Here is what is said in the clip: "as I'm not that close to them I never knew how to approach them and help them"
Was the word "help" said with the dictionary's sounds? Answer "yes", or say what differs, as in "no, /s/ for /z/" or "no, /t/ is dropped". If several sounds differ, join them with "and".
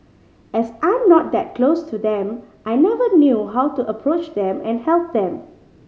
yes